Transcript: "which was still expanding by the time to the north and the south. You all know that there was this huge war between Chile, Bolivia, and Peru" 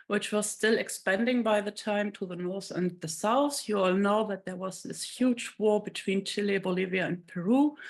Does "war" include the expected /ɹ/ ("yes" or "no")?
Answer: yes